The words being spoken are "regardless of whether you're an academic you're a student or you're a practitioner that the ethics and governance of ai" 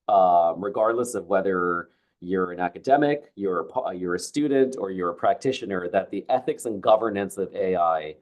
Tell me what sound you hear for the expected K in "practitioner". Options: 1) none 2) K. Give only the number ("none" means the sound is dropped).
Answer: 2